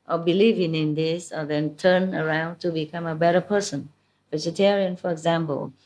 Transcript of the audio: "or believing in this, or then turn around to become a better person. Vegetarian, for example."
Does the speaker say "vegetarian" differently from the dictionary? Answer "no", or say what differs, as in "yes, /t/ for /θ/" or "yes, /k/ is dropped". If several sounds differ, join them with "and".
no